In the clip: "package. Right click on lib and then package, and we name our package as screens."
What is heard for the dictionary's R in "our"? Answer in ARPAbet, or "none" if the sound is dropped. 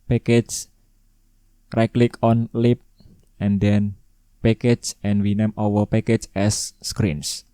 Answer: W